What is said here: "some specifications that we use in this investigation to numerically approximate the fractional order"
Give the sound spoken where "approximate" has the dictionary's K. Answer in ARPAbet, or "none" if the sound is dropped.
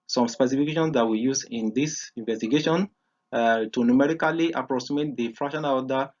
none